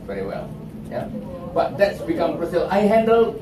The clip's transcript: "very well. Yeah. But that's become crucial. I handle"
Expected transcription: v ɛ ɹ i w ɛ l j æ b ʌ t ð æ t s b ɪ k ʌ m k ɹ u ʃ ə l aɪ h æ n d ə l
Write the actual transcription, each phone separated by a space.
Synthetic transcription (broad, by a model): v ɛ ɹ i w ɛ l j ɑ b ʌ t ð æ t s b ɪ k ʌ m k ɹ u s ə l aɪ h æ n d ə l